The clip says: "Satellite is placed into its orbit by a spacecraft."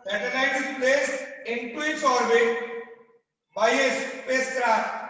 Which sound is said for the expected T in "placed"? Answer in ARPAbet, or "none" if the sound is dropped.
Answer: none